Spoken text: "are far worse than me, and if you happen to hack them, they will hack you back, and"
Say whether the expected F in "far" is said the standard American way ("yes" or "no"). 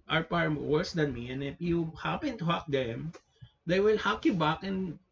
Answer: no